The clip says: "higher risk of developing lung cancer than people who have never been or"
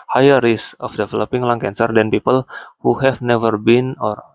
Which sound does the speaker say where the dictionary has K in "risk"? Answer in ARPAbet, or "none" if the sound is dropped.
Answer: none